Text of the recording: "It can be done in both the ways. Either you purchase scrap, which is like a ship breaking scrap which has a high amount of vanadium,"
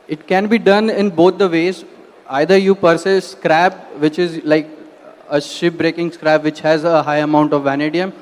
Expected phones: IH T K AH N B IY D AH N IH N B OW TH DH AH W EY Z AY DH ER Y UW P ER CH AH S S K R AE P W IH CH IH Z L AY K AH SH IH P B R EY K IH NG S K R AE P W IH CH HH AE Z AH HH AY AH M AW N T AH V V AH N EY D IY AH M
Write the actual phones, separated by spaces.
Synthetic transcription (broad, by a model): IH T K AH N B IY D AH N IH N B OW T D AH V EY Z AY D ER Y UW P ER S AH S S K R AE P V IH CH IH Z L AY K AH SH IH P B R EY K IH NG S K R AE P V IH CH HH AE Z AH HH AY AH M AW N T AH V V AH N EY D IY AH M